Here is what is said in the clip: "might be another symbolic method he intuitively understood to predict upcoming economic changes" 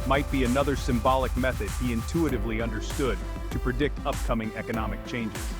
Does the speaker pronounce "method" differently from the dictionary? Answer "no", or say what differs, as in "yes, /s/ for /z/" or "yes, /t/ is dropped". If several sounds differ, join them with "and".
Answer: no